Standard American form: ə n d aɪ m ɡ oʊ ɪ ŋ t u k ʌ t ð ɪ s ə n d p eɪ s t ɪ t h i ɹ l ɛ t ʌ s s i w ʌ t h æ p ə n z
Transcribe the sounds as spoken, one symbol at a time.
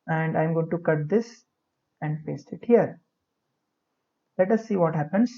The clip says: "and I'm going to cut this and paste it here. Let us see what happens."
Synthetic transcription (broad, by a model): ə n d aɪ m ɡ oʊ ɪ ŋ t u k ʌ t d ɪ s ə n d f eɪ s ɪ t h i ɹ l ɛ t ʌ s s i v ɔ t h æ p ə n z